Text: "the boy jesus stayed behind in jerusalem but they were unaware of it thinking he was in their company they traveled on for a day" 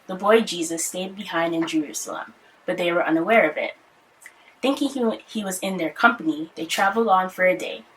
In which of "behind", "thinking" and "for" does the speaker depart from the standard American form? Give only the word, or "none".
none